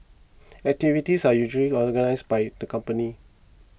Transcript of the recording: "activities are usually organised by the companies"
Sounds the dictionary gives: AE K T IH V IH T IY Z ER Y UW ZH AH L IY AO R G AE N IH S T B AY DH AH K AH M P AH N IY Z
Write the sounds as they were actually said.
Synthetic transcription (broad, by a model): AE K T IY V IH T IY S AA Y UW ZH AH L IY AO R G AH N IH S B AY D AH K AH M P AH N IY